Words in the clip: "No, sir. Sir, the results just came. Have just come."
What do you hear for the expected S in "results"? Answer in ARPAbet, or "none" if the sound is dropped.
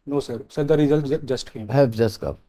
none